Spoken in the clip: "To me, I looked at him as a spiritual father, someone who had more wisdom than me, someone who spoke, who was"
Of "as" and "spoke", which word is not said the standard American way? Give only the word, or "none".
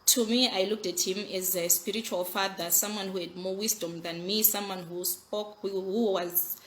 none